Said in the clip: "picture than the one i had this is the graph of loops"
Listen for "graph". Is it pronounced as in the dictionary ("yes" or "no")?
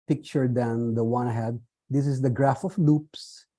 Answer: yes